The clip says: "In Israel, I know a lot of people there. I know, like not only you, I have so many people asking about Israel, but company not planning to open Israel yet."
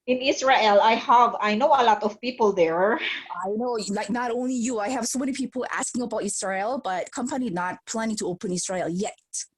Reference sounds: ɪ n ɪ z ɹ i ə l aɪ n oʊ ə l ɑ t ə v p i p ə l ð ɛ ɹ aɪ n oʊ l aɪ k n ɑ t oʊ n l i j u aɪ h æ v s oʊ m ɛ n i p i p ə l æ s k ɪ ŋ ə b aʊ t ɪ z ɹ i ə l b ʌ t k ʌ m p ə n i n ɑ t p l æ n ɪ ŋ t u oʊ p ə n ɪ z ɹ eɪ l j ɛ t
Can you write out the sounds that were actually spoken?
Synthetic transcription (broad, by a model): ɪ n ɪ s ɹ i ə l aɪ n oʊ ə l ɑ t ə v p i p ə l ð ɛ ɹ aɪ n oʊ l aɪ k n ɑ t oʊ n l i j u aɪ h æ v s oʊ m ɛ n i p i p ə l æ s k ɪ ŋ ə b aʊ t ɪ s ɹ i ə l b ʌ t k ʌ m p ə n i n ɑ t p l æ n ɪ ŋ t u oʊ p ə n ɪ s ɹ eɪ l j ɛ t